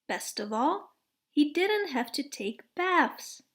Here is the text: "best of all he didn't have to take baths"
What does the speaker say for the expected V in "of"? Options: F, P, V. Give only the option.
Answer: V